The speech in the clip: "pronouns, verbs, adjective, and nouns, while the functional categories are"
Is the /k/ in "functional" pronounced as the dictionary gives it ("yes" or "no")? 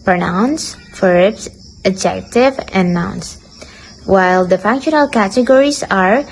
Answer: yes